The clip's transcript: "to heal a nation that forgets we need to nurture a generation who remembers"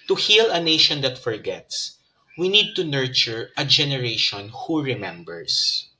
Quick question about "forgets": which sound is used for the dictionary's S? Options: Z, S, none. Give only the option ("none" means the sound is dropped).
S